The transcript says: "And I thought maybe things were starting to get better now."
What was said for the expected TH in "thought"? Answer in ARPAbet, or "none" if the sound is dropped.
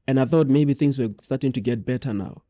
TH